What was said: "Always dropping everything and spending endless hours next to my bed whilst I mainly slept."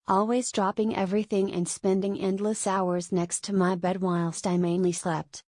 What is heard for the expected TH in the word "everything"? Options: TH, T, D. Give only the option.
TH